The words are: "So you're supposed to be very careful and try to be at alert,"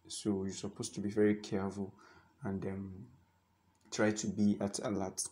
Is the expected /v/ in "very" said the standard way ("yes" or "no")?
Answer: yes